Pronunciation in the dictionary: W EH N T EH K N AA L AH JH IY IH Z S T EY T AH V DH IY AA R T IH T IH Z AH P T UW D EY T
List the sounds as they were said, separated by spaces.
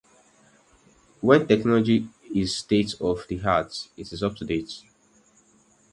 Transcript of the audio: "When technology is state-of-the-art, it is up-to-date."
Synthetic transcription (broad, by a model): W EH N T EH K N AA L AH JH IY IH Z S T EY T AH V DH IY AA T IH T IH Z AH P T UW D EY T